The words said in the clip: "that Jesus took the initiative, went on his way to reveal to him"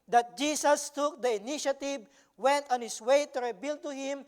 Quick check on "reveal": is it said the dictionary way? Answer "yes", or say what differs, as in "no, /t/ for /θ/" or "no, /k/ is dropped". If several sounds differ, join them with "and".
no, /b/ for /v/